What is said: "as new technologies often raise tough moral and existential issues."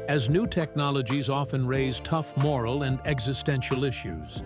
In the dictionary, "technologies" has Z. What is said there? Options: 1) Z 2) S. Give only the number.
1